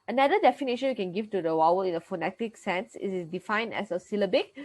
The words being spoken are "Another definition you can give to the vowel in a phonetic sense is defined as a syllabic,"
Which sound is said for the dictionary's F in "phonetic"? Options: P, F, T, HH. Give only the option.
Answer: F